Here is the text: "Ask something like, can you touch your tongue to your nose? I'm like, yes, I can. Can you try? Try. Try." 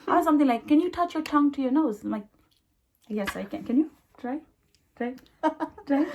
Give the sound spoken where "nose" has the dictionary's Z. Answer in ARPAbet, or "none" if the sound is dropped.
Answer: none